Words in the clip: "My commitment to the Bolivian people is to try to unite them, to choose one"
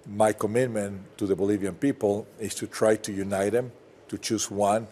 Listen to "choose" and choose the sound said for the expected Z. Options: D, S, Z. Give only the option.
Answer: S